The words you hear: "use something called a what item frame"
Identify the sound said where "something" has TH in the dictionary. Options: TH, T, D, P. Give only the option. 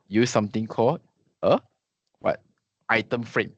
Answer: T